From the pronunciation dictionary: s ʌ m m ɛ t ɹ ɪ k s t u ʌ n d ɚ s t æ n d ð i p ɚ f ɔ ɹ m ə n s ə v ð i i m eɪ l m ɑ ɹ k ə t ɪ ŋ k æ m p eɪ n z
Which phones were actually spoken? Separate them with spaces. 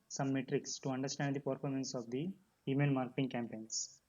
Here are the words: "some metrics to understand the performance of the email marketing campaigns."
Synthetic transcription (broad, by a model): s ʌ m m ɛ t ɹ ɪ k s t u ʌ n d ɚ s t æ n d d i p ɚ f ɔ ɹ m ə n s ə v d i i m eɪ n m ɑ ɹ k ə t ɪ ŋ k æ m p eɪ n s